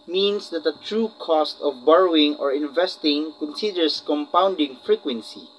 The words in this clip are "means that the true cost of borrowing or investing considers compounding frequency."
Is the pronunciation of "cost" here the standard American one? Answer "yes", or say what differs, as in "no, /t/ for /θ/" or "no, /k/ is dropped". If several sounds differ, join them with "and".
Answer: yes